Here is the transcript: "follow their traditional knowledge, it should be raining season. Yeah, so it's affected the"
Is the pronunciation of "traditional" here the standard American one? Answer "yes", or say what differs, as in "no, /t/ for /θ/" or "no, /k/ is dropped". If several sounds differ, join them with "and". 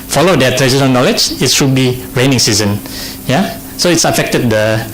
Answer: no, /n/ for /l/